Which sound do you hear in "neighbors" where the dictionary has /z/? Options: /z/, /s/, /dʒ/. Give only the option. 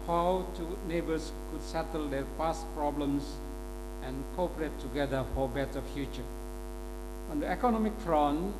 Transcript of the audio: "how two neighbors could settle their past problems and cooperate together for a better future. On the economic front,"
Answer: /s/